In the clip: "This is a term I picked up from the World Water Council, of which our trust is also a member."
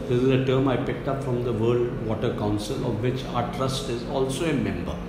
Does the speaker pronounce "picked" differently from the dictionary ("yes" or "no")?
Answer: no